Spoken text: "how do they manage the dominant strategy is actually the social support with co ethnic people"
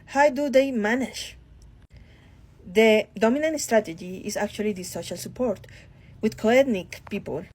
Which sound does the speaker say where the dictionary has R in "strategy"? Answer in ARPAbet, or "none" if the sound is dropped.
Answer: R